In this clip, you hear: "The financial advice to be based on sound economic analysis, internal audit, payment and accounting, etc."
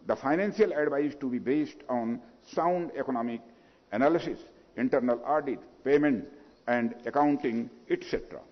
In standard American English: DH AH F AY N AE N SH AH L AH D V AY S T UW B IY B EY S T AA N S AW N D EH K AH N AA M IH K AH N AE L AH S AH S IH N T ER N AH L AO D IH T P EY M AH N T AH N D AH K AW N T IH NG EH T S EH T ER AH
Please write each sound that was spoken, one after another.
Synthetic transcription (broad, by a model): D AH F AY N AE N S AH L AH D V AY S T UW B IY B EY S T AA N S AW N D EH K AH N AA M IH K AH N AE L AH S AH S IH N T ER N AH L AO D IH T P EY M AH N T AH N D AH K AW N T IH NG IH T S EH T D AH